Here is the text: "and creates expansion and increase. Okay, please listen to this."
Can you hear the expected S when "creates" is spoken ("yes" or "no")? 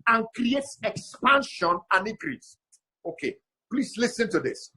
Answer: yes